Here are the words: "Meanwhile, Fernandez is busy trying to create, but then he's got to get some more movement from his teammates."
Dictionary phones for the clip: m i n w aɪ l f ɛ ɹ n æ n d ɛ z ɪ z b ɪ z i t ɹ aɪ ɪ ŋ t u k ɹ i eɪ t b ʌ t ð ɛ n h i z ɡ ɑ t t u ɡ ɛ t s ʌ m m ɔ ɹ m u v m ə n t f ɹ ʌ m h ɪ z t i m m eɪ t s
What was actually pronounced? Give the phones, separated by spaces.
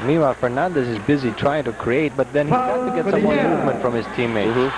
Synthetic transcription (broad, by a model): m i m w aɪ f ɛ ɹ n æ n d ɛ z ɪ z b ɪ z i t ɹ aɪ ɪ ŋ t u k ɹ i eɪ t b ʌ t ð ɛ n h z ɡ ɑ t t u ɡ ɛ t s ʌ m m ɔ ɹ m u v m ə n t f ɹ ʌ m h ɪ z t i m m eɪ